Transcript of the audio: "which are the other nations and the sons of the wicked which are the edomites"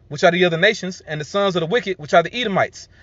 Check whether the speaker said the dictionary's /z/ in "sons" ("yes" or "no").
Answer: yes